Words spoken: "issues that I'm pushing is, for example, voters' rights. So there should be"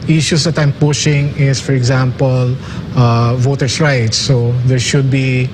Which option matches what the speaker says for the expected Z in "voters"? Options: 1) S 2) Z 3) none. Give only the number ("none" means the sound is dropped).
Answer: 1